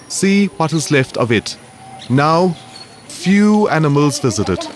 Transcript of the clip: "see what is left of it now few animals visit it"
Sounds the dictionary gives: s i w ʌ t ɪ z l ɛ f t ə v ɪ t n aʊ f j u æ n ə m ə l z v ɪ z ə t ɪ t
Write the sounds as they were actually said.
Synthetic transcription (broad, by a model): s i w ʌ t ɪ z l ɛ f t ə v ɪ t n aʊ f j u æ n ə m ə l z v ɪ z ə t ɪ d